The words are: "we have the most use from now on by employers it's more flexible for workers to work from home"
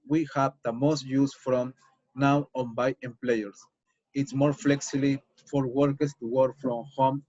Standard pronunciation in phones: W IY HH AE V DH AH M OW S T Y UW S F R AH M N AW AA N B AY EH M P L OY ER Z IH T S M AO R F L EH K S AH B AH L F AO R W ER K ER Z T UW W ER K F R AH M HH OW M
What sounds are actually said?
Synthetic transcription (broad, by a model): W IY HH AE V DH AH M OW S T Y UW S F R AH M N AW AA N B AY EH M P L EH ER S IH T S M AO R F L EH K S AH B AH F AO R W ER K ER S T UW W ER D F R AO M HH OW M